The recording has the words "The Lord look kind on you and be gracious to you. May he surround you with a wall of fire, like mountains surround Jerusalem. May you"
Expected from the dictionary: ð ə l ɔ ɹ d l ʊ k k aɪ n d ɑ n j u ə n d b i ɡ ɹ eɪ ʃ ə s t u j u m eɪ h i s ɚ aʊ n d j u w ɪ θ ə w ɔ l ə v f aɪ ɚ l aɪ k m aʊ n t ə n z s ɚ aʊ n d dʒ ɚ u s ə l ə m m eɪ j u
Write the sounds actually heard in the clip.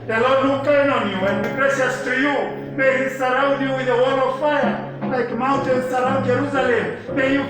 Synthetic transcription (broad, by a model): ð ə l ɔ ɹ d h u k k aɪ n ɑ n j u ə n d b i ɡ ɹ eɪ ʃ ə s t u j u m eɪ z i s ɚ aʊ n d j u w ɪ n ə w ɔ l ə v f aɪ ɚ l aɪ k m aʊ n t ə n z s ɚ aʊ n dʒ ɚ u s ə l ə m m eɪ j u